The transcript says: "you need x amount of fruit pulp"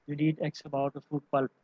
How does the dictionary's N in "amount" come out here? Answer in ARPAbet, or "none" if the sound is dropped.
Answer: none